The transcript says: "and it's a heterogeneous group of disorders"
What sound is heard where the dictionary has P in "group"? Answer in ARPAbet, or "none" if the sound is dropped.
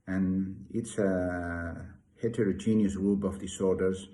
B